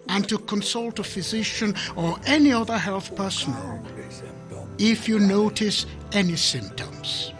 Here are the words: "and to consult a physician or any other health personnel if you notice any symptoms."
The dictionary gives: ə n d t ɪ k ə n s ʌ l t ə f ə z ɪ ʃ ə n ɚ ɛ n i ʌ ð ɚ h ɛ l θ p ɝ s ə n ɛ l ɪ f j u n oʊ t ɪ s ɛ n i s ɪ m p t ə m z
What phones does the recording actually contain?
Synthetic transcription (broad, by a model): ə n t ɪ k ə n s ʌ l t ə f ə z ɪ ʃ ə n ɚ ɛ n i ʌ ð ɚ h ɛ l θ p ɝ s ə n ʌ l ɪ f j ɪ n oʊ t ɪ s ɛ n i s ɪ m p t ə m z